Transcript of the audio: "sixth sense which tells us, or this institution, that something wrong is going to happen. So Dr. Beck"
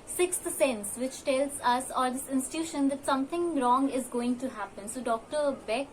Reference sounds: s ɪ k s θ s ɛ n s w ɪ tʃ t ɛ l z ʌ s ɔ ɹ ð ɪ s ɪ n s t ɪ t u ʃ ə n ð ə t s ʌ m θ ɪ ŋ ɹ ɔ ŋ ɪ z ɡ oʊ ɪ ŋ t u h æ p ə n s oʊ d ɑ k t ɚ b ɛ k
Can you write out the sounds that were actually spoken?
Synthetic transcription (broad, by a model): s ɪ k s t s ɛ n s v ɪ tʃ t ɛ l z ʌ s ɔ ɹ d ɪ s ɪ n s t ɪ t u ʃ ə n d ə t s ʌ m t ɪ ŋ ɹ ɔ ŋ ɪ z ɡ oʊ ɪ ŋ t u h æ p ə n s oʊ d ɑ k t ɚ b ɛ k